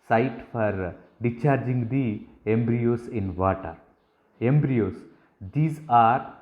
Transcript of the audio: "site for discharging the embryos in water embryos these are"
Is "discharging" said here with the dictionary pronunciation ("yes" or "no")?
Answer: no